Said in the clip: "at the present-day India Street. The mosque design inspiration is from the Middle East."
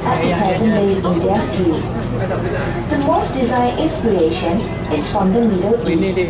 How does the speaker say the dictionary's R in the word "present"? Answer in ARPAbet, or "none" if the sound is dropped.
none